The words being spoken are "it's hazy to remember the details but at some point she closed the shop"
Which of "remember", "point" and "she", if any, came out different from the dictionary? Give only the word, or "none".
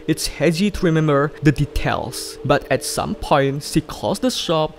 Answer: she